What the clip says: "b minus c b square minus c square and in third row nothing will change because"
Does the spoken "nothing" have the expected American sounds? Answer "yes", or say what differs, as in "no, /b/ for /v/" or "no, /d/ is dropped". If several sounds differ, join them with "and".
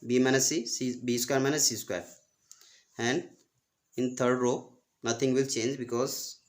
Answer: no, /t/ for /θ/